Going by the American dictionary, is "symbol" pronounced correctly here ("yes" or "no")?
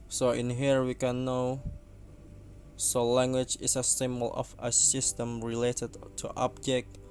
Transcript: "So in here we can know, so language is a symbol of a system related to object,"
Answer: yes